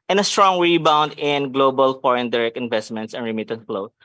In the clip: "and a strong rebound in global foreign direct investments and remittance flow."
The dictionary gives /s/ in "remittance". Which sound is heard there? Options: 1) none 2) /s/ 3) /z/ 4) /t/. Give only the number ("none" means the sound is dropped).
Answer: 1